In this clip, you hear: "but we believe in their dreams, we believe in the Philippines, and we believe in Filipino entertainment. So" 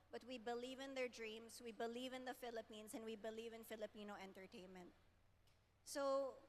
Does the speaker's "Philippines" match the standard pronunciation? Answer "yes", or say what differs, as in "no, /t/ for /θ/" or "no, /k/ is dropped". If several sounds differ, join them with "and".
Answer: no, /s/ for /z/